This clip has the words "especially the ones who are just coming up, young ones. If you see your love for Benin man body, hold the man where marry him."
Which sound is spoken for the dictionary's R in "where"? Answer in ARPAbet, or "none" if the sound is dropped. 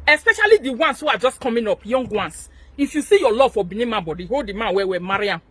W